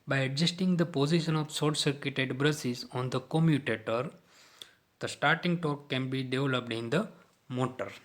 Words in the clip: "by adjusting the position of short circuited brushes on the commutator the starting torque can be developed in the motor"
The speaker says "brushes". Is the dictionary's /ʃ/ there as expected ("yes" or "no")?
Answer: no